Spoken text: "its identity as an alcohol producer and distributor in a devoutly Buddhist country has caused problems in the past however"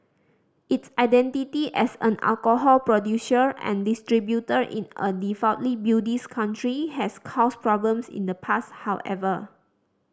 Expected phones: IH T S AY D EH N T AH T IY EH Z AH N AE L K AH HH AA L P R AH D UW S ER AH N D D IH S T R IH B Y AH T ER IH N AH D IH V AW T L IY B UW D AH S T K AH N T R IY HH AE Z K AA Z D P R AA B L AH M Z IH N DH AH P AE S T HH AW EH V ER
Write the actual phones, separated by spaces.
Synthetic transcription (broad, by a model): IH T S AY D EH N T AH T IY EH S AH N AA L K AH HH AA L P R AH D UW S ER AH N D D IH S T R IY B Y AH T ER IH N AH D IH F AW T L IY B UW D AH S K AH N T R IY HH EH S K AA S P R AA B L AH M S IH N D AH P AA S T HH AW EH V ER